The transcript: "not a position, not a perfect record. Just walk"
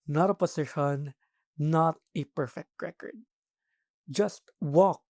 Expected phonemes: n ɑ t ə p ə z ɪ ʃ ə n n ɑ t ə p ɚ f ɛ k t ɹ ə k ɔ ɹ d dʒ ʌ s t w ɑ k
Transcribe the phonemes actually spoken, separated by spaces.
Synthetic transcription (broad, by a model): n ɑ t ə p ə s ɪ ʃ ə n n ɑ t ə p ɚ f ɛ k t ɹ ə k ɔ ɹ d dʒ ʌ s t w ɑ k